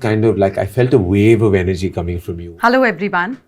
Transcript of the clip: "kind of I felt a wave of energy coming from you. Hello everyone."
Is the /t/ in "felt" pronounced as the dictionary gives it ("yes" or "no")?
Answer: yes